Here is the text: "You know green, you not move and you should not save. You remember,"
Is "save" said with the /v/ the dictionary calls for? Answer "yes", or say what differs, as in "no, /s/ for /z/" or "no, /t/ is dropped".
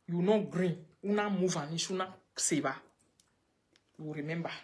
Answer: no, /b/ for /v/